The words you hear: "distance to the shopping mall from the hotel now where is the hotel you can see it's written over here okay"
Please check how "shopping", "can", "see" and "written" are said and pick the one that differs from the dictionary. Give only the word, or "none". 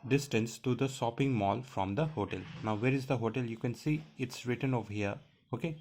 shopping